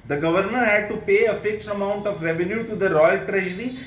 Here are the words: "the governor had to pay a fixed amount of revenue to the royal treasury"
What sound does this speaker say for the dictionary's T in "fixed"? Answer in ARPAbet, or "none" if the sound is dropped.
T